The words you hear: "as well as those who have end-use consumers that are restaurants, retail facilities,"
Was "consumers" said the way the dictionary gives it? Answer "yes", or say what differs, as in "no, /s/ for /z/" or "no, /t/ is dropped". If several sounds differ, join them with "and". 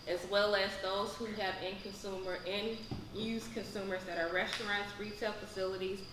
yes